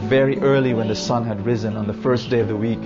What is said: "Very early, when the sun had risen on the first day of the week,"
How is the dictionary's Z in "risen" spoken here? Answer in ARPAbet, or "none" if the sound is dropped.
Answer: Z